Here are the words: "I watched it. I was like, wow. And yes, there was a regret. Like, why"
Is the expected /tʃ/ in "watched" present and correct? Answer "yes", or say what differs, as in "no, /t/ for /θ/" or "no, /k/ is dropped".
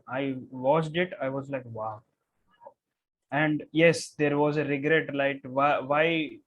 no, /s/ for /tʃ/